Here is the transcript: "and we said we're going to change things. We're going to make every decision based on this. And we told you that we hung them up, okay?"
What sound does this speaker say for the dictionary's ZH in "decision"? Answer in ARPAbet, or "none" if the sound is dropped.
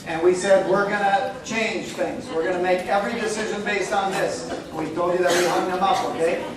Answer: ZH